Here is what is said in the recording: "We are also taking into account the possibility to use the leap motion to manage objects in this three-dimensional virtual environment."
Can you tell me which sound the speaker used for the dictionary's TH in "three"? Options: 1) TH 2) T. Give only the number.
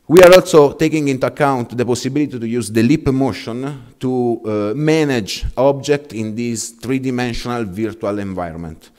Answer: 2